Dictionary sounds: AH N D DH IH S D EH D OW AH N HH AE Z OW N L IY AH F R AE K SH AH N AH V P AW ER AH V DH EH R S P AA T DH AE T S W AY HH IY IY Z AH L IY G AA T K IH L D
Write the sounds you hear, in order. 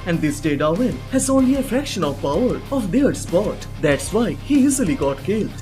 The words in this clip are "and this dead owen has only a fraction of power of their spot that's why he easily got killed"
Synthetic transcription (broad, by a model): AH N D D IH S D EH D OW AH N HH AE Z OW N L IY AH F R AE K SH AH N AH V P AW ER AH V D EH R S P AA T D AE T S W AY HH IY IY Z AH L IY G AA T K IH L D